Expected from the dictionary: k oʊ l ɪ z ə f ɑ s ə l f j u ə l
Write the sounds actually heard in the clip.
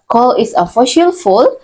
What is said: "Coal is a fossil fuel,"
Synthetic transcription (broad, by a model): k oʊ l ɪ s ə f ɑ ʃ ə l f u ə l